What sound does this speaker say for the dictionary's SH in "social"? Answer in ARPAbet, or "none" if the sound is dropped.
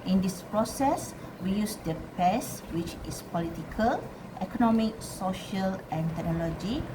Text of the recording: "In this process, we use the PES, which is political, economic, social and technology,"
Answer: SH